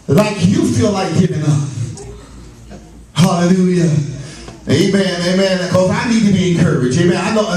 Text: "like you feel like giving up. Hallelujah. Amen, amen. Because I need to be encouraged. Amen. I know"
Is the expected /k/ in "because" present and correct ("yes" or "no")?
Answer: no